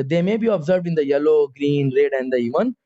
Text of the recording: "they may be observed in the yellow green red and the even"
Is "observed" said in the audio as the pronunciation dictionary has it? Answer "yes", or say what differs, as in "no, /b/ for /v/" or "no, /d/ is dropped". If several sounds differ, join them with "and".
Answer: yes